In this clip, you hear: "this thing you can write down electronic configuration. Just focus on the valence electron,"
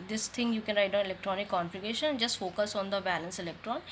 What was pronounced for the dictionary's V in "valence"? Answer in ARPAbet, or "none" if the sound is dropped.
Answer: B